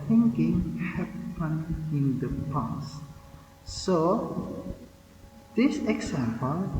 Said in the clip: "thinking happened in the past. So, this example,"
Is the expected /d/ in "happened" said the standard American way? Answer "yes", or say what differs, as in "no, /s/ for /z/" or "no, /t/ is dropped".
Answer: no, /d/ is dropped